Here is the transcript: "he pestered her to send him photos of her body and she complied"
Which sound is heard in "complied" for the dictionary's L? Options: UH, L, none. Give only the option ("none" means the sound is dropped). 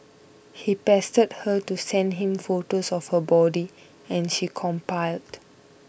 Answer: none